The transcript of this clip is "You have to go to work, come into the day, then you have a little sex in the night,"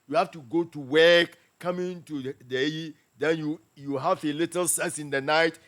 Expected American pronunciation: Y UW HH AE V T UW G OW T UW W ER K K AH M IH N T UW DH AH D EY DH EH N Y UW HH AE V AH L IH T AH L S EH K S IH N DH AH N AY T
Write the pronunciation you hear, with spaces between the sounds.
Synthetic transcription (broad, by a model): Y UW HH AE F T UW G OW T UW W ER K K AH M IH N T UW D EY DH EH N Y UW HH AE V AH L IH T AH L S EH S IH N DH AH N AY T